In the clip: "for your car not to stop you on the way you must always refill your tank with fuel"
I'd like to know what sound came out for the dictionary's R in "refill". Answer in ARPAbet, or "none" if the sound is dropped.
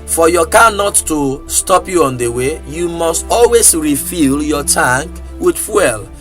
R